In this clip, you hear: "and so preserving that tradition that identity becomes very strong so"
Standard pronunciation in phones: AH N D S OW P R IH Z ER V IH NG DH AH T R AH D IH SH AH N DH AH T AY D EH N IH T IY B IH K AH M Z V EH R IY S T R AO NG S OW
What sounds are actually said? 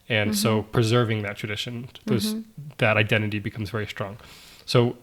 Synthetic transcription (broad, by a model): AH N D S OW P R IH Z ER V IH NG DH AH T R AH D IH SH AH N DH AH T AY D EH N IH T IY B IH K AH M Z V EH R IY S T R AO NG S OW